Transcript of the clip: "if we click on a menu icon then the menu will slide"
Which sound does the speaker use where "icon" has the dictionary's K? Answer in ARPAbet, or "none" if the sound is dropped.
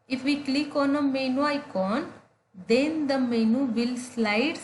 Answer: K